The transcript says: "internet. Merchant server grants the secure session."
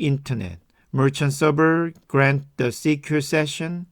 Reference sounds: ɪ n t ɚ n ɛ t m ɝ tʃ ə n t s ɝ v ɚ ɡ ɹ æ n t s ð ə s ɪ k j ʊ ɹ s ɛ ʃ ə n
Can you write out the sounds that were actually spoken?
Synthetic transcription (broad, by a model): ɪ n t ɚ n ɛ t m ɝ tʃ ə n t s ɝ b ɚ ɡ ɹ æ n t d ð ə s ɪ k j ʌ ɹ s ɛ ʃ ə n